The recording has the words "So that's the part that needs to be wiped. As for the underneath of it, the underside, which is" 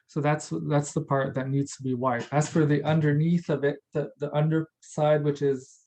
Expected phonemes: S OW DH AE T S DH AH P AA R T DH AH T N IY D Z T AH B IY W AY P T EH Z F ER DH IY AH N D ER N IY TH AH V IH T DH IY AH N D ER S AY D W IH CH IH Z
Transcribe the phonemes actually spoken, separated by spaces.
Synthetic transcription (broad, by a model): S OW DH AE T S DH AH P AA R T DH AH T N IY D Z T AH B IY W AY T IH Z F ER DH IY AH N D ER N IY TH AH V IH T DH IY AH N D ER S AY D W IH CH IH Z